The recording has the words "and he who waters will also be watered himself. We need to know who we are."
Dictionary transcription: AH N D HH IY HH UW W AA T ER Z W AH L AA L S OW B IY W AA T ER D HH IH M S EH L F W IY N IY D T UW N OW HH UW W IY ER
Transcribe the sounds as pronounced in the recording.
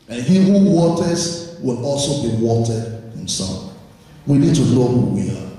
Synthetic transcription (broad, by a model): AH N HH IY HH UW W AA T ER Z W AH L AA L S OW B IY W AA T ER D HH IH M S EH L F W IY N IY D T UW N OW HH UW W IY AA